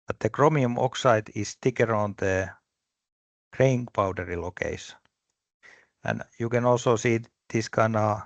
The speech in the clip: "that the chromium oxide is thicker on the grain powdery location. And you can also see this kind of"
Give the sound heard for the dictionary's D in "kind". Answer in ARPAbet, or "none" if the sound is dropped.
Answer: none